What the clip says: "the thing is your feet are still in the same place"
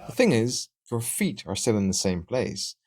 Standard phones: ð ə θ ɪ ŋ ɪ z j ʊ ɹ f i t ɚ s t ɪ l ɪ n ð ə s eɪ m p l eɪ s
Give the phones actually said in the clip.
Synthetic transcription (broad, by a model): ð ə θ ɪ ŋ ɪ z j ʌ ɹ f i t ɚ s t ɪ l ɪ n ð ə s eɪ m p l eɪ s